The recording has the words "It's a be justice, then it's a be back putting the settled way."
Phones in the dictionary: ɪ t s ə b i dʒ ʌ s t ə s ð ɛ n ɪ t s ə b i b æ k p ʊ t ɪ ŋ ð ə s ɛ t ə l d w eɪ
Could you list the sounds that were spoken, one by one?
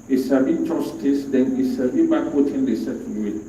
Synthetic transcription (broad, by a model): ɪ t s ə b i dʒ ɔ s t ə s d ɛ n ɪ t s ə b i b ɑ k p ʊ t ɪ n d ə s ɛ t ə n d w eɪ